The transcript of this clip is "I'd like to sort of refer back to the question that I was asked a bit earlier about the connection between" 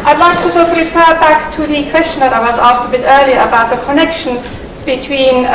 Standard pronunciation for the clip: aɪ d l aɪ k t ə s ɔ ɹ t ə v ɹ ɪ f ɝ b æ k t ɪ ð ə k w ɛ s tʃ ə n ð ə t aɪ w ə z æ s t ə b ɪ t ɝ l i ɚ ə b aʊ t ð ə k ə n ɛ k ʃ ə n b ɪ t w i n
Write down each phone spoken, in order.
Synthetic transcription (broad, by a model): aɪ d l aɪ k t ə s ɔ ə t ɹ ɪ f ɝ b æ k t ɪ ð ə k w ɛ s tʃ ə n ð ə t aɪ w ə z æ s t ə b ɪ t ɝ l i ɚ ə b aʊ t ð ə k ə n ɛ k ʃ ə n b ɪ t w i n